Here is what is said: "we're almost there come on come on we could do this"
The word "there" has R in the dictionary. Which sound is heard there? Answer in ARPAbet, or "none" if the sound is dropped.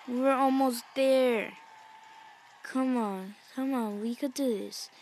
R